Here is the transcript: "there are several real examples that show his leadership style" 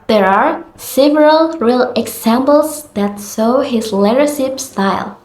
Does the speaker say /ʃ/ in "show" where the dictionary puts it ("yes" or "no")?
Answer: no